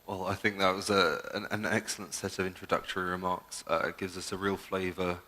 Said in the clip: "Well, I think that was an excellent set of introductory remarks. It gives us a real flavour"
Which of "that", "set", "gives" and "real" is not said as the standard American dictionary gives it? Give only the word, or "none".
none